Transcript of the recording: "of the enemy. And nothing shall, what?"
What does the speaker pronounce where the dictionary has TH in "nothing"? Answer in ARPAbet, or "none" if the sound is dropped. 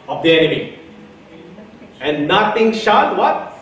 T